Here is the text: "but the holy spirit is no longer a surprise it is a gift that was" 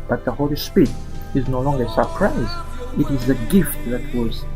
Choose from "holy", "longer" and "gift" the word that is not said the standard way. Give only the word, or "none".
none